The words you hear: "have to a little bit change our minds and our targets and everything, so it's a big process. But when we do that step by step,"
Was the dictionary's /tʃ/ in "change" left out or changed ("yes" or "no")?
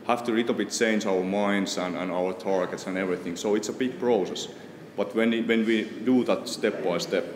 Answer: no